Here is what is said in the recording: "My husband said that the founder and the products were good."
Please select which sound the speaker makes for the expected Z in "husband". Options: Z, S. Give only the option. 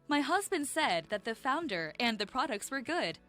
Z